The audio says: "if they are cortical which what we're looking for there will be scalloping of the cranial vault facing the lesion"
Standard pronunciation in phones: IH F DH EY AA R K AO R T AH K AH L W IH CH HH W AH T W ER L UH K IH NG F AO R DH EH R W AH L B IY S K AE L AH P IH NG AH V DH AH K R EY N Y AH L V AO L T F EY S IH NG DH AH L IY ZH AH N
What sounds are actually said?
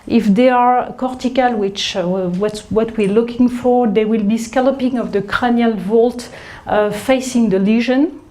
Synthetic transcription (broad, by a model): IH F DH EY AA R K AO R T AH K AH L W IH CH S W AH T W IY L UH K IH NG F AO R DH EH W AH L B IY S K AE L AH P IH NG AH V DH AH K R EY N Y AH L V AO L T F EY S IH NG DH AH L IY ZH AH N